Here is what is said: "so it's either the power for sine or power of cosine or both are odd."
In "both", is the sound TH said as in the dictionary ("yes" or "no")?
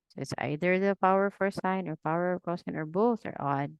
yes